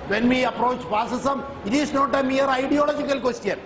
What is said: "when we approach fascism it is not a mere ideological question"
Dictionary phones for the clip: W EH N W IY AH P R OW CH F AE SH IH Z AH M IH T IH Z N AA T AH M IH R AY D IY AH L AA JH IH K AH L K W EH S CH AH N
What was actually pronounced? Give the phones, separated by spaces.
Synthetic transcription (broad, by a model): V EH N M IY AH P R OW CH P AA S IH S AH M IH T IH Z N AA T AH M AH R AY D IY AH L AA JH IH K AH L K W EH S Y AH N